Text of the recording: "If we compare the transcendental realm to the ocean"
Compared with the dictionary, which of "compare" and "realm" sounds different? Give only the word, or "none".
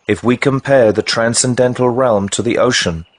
none